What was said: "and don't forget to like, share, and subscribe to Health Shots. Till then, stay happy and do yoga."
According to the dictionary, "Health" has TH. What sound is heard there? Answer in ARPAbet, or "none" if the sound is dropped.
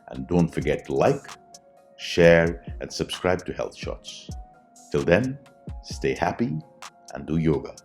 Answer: TH